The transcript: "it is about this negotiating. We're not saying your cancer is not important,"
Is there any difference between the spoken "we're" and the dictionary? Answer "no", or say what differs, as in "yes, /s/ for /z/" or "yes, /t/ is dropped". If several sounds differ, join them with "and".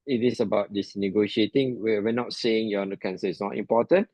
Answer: yes, /w/ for /ɹ/